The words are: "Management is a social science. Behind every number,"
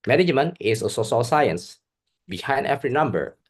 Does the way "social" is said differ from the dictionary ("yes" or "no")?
yes